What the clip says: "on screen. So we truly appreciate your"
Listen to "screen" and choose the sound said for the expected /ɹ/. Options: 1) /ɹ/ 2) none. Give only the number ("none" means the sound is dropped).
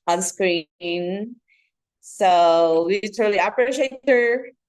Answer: 1